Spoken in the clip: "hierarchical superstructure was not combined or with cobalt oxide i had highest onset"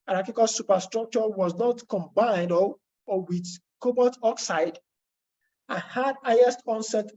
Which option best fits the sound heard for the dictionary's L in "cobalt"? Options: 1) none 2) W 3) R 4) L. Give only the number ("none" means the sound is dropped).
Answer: 1